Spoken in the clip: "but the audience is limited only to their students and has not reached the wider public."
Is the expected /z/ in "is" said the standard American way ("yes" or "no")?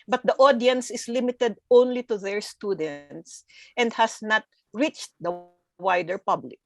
no